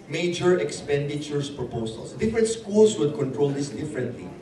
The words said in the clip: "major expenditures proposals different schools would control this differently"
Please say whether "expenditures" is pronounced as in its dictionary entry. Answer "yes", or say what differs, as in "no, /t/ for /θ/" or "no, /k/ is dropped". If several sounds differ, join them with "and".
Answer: no, /s/ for /z/